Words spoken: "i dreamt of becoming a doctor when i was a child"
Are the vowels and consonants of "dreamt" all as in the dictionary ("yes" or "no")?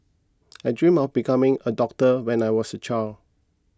no